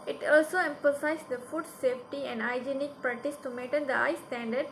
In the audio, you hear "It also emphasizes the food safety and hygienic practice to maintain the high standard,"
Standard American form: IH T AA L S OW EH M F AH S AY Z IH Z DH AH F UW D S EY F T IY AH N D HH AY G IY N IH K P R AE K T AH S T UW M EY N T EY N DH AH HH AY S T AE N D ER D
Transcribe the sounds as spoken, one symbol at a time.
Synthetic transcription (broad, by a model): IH T AA L S OW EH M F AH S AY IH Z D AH F UW D S EY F T IY AH N D AY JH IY N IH K P R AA T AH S T UW M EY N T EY N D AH AY S T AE N D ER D